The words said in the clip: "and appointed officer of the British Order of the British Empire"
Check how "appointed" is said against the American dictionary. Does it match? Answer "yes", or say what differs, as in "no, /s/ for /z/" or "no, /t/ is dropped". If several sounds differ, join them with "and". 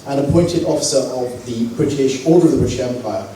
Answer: yes